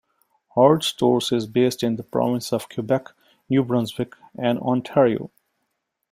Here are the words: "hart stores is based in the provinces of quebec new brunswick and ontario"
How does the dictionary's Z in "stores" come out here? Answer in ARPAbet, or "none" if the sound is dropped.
S